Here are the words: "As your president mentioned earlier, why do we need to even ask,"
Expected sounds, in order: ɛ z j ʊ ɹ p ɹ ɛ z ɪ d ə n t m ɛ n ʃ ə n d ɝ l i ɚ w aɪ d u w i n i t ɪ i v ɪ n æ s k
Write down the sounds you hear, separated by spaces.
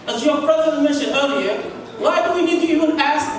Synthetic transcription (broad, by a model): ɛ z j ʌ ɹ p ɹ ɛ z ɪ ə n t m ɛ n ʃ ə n ɝ l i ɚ w aɪ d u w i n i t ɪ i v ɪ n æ s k